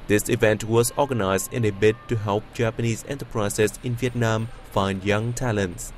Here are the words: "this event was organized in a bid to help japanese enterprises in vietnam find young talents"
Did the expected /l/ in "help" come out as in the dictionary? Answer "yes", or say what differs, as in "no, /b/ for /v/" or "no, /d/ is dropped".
yes